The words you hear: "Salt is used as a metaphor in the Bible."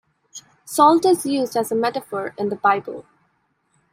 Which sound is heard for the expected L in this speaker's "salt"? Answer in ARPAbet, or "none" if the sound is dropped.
L